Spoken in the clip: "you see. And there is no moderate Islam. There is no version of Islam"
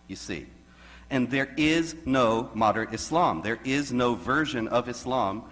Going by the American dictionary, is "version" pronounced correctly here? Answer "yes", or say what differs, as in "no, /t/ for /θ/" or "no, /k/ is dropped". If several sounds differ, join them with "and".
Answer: yes